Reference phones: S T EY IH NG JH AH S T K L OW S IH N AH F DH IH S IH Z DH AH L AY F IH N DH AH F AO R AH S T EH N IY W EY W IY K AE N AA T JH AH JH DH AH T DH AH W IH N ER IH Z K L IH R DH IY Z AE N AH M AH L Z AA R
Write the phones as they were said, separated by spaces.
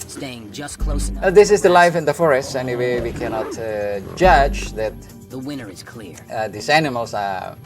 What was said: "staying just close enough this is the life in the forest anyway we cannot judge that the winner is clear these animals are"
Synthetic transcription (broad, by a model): S T EY IH NG JH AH S K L OW IH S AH DH IH S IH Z DH AH L AY F IH N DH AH F AO R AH S T EH N IY W EY W IY K AE N AA T JH AH JH DH AH T DH AH W IH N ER IH Z K L IH R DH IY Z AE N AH M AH L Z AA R